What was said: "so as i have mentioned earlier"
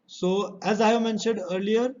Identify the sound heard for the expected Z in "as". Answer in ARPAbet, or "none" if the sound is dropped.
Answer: Z